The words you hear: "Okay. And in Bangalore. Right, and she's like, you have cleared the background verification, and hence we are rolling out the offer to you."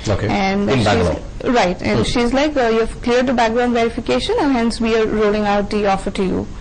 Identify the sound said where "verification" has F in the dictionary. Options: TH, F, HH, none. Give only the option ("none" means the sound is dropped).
F